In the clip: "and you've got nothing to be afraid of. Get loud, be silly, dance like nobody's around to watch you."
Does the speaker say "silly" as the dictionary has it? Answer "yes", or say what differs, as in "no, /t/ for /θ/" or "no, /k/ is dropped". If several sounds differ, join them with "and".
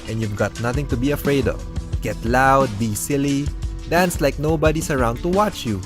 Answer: yes